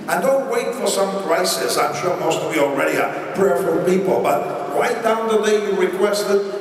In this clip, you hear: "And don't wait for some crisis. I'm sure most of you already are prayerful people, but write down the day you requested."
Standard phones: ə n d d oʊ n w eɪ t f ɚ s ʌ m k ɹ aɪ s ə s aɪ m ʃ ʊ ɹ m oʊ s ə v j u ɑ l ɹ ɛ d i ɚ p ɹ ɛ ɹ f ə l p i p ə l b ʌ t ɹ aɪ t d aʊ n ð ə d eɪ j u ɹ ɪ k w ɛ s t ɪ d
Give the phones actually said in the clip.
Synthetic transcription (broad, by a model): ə n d d oʊ n w eɪ t f ɚ s ʌ m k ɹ aɪ s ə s aɪ m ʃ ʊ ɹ m oʊ s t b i ɑ l ɹ ɛ d i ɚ p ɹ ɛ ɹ f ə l p i p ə l b ʌ t ɹ aɪ t d aʊ n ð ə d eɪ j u ɹ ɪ k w ɛ s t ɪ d